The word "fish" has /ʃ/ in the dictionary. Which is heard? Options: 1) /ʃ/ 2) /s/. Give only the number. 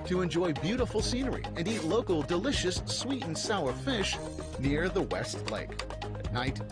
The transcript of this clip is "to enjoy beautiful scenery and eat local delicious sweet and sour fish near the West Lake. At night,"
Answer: 1